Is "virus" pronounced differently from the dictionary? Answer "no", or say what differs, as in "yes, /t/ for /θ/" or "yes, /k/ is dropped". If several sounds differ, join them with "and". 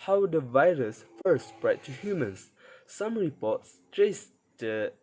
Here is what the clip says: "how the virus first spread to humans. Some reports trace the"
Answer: no